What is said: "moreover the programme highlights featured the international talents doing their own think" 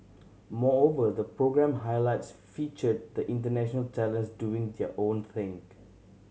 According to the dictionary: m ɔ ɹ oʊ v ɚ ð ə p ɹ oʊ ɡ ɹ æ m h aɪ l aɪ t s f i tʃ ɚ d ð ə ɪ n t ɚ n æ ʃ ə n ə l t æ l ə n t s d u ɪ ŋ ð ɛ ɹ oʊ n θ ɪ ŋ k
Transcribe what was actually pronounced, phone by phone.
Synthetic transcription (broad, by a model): m ɔ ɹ oʊ v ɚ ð ə p ɹ oʊ ɡ ɹ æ m h aɪ l aɪ t s f i tʃ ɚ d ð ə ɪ n t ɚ n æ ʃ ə n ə l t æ l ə n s d u ɪ ŋ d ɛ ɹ oʊ n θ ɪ ŋ